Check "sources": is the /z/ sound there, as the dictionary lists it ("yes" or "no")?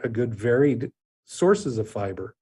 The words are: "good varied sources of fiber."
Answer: yes